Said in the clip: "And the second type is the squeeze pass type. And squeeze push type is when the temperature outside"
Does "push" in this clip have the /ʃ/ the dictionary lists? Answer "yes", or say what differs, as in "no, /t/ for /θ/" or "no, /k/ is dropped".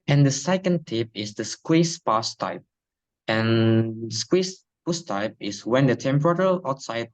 no, /s/ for /ʃ/